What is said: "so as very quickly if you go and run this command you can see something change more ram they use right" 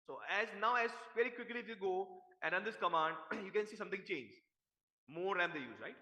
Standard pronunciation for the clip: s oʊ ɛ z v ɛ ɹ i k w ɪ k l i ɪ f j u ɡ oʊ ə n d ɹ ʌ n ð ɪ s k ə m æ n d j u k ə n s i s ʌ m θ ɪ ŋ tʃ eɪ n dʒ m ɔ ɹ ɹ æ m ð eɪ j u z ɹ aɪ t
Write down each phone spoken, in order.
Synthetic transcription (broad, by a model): s oʊ ɛ z v ɛ ɹ i k w ɪ k l i ɪ f j u ɡ oʊ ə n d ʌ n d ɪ s k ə m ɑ n d j u k ə n s i s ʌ m t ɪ ŋ tʃ eɪ n dʒ m ɔ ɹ ɹ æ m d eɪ j u z ɹ aɪ t